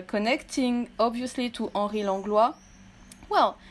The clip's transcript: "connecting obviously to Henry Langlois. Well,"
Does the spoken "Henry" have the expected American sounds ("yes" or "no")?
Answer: no